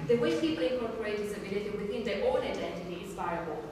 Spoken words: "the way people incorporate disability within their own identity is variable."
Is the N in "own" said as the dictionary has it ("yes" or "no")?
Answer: no